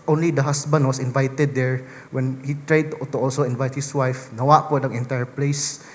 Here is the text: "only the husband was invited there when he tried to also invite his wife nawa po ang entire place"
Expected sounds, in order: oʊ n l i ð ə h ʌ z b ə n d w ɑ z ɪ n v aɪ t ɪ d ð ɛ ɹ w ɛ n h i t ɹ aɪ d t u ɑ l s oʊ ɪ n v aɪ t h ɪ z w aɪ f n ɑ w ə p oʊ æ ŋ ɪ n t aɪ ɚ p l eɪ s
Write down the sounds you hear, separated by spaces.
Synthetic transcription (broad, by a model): oʊ n l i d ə h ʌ s b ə n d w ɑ s ɪ n v aɪ t ɪ d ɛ ɹ w ɛ n h i t ɹ aɪ d t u ɑ l s oʊ ɪ n v aɪ t h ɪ s w aɪ f n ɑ w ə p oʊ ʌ ŋ ɪ n t aɪ ɚ p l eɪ s